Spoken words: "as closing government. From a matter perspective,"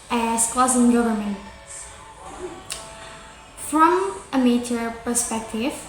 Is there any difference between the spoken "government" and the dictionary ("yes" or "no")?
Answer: no